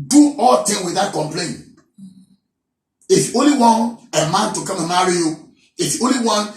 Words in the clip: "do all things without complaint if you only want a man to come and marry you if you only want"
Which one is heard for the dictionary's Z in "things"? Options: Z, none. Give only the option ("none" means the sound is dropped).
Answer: none